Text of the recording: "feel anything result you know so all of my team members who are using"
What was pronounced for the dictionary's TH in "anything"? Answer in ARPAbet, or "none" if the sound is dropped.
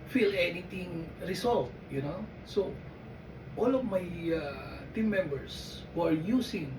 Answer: T